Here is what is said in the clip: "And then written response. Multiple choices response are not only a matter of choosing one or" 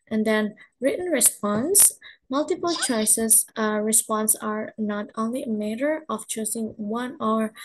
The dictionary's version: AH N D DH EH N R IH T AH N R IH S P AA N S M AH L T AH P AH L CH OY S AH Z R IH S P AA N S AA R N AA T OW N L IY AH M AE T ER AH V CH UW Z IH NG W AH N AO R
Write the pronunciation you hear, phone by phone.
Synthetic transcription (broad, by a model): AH N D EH N R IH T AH N R IH S P AA N S M AH L T AH P AH L CH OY S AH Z R IH S P AA N S AA R N AA T OW N L IY AH M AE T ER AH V CH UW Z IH NG W AH N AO R